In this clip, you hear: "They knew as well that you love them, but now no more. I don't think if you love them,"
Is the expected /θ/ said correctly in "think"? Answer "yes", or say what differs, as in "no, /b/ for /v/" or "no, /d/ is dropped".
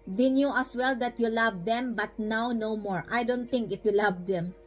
no, /t/ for /θ/